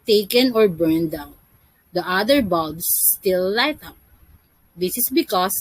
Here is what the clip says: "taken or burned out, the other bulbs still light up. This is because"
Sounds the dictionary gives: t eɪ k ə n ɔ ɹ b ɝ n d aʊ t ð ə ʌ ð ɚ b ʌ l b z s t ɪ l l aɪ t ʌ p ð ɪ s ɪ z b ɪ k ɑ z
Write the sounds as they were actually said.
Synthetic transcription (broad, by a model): t eɪ k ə n ɔ ɹ b ɝ n d aʊ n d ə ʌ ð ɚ b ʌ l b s t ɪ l l aɪ t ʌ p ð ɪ s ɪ s b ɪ k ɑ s